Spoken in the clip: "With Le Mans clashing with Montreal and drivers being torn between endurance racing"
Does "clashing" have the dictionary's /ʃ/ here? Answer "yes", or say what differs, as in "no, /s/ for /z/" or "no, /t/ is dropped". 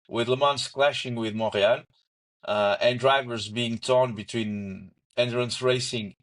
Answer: yes